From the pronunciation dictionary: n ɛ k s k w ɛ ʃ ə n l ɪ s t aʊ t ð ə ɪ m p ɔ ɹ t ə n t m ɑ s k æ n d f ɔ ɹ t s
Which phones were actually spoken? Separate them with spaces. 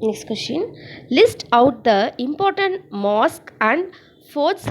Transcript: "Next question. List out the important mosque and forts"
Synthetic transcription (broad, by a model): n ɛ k s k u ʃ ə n l ɪ s t aʊ t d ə ɪ m p ɔ ɹ t ə n t m ɑ s k æ n d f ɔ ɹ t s